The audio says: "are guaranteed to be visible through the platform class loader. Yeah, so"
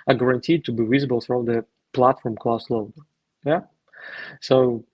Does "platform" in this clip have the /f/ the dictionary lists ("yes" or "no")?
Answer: yes